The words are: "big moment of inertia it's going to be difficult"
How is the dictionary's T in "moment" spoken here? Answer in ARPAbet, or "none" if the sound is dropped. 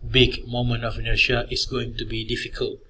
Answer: none